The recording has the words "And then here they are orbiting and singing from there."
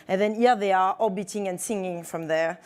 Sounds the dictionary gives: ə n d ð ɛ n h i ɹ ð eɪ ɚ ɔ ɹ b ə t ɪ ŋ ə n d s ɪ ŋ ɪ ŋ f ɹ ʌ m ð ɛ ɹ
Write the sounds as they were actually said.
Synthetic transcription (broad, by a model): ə n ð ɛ n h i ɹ ð eɪ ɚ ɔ b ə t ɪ ŋ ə n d s ɪ ŋ ɪ ŋ f ɹ ʌ m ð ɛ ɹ